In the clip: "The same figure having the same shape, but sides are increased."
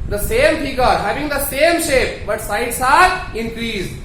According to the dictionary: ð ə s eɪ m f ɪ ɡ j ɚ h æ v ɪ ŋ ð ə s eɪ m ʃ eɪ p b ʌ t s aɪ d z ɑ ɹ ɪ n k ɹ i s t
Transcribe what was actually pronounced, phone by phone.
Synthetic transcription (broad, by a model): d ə s eɪ m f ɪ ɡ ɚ h æ v ɪ ŋ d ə s eɪ m ʃ eɪ p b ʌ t s aɪ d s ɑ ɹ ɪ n k ɹ i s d